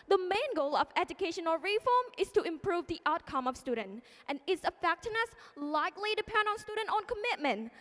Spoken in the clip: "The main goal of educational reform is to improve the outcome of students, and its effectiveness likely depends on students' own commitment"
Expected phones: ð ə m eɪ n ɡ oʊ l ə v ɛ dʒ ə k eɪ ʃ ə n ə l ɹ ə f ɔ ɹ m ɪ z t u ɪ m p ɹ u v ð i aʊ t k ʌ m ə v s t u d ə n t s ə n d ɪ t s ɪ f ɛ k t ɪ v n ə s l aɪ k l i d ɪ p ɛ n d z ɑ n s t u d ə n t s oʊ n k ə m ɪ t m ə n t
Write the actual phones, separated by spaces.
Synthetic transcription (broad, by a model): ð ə m eɪ n ɡ oʊ l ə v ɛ dʒ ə k eɪ ʃ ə n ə ɹ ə f ɔ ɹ m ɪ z t u ɪ m p ɹ u v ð i aʊ t k ʌ m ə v s t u d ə n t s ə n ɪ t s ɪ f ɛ k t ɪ n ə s l aɪ k l i d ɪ p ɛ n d ɑ n s t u d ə n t oʊ n k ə m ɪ t m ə n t